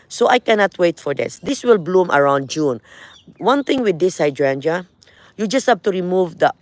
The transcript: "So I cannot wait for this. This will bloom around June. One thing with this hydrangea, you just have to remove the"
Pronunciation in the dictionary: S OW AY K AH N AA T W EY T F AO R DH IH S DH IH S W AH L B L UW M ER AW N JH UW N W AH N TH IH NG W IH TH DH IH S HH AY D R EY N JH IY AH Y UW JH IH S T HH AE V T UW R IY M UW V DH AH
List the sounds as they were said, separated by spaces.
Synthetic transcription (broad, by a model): S OW AY K AH N AA T W EY T F AO R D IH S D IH S W AH L B L UW M ER AW N JH UW N W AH N T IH NG W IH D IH S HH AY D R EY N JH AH Y UW JH IH S T HH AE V T UW R IY M UW V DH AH